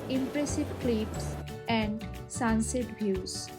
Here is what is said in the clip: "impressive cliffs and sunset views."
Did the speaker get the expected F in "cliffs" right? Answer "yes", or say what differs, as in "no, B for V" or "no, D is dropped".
no, P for F